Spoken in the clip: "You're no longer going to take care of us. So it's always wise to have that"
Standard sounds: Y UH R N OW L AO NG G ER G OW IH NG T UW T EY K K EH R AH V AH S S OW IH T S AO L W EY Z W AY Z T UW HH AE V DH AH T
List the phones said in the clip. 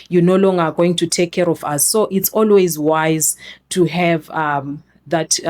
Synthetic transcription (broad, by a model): Y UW N OW L AO NG G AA G OW IH NG T UW T EY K K EH R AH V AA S S OW IH T S AO L W EY Z W AY Z T UW HH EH V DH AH T